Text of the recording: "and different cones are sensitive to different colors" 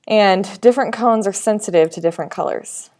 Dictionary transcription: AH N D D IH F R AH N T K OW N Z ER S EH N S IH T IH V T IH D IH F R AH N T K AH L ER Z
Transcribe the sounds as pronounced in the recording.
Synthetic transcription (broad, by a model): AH N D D IH F R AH N K OW N Z ER S EH N S IH T IH V T IH D IH F R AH N K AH L ER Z